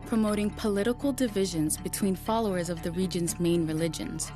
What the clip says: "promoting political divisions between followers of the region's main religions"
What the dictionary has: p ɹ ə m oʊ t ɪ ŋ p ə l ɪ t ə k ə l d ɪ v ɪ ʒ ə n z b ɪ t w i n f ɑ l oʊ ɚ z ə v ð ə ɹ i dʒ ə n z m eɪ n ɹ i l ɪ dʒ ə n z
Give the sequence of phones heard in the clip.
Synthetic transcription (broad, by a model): p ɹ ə m oʊ t ɪ ŋ p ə l ɪ t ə k l d ɪ v ɪ ʒ ə n z b ɪ t w i n f ɑ l oʊ ɚ z ə v ð ə ɹ i dʒ ə n z m eɪ n ɹ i l ɪ dʒ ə n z